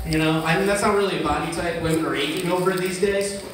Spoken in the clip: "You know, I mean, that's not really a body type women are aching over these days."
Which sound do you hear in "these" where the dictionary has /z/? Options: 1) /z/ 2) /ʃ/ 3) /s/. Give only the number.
1